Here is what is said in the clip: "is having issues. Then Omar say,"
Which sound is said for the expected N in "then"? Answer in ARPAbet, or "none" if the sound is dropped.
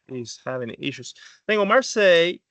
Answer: none